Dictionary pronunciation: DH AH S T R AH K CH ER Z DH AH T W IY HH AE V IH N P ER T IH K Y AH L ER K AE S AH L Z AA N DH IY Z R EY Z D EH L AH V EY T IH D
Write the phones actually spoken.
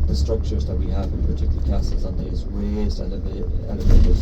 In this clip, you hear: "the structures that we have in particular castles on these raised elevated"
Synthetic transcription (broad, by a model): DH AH S T R AH K CH ER Z DH AH T W IY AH V IH N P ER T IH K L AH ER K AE S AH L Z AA N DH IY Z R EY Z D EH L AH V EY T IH